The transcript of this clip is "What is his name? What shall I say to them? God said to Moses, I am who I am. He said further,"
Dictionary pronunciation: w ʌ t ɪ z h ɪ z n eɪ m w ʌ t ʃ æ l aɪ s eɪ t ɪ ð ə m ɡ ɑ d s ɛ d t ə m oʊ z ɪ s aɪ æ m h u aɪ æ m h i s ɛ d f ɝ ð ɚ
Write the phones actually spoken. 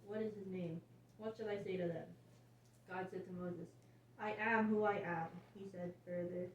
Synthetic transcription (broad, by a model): w ʌ t ɪ z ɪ z n eɪ m w ʌ t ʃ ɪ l aɪ s eɪ t ɪ ð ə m ɡ ɑ d s ɛ d t ə m oʊ z ɪ s aɪ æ m h u aɪ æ m h i s ɛ d f ɝ ð ɚ